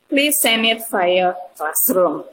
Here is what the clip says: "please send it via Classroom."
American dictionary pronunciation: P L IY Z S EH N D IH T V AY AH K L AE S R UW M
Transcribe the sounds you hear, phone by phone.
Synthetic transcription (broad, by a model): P L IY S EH N IH T F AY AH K L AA S R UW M